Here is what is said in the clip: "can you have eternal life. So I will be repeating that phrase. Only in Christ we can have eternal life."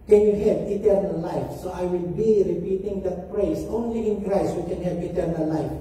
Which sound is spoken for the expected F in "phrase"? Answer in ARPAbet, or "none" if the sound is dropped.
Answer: P